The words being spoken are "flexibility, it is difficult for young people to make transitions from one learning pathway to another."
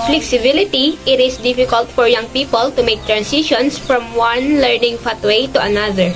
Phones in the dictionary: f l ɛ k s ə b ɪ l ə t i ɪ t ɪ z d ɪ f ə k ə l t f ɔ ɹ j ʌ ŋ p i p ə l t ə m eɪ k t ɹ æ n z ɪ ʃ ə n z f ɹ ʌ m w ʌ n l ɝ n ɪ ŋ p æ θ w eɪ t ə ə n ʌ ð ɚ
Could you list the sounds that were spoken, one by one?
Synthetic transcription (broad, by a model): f l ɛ k s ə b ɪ l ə t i ɪ t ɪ s d ɪ f ə k ə l t f ɔ ɹ j ʌ ŋ p i p ə l t ə m eɪ k t ɹ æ n s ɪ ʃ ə n s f ɹ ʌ m w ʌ n l ɝ n ɪ ŋ f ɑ t w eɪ t ə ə n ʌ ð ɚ